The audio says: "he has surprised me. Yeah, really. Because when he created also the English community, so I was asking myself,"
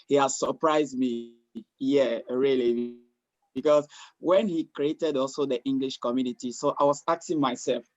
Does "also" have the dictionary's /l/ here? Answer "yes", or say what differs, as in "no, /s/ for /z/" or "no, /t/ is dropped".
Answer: yes